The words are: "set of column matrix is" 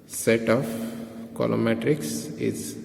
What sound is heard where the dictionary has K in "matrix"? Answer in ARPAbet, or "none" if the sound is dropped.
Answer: K